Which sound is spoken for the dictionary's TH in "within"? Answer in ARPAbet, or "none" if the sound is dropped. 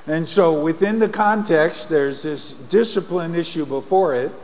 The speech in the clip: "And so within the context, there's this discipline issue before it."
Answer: TH